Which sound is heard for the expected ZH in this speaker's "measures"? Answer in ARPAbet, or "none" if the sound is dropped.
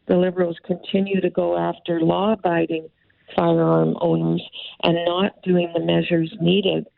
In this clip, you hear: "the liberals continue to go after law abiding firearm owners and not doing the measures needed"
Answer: ZH